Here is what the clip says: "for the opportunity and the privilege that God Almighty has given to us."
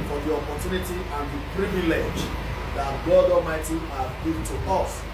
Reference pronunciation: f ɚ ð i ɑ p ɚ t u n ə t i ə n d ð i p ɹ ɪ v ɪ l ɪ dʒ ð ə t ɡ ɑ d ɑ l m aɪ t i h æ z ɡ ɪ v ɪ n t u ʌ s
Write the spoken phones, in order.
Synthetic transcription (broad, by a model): f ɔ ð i ɑ p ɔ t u n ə t i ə n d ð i p ɹ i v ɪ l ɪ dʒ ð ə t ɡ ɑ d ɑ m aɪ t i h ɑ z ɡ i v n t u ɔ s